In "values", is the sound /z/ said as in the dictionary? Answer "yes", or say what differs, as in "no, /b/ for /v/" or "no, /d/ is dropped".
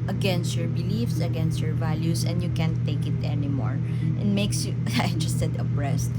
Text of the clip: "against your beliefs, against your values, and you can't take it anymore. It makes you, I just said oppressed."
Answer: no, /s/ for /z/